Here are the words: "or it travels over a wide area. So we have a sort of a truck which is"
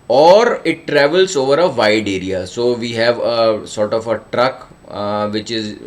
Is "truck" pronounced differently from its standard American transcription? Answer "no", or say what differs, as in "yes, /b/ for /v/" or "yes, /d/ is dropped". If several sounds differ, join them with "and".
no